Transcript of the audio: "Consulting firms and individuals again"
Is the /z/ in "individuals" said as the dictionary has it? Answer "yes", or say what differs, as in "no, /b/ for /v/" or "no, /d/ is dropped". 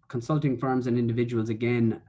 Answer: yes